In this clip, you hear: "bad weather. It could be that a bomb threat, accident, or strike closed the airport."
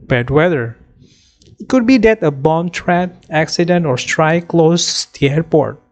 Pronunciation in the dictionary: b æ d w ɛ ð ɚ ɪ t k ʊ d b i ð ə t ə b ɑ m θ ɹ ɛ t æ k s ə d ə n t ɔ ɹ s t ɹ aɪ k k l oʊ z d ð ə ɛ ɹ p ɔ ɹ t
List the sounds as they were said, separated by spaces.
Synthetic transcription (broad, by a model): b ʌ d w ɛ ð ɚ ɪ t k ʊ d b i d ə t ə b ɑ m t ɹ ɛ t æ k s ə d ə n t ɔ ɹ s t ɹ aɪ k k l oʊ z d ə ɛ ɹ p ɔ ɹ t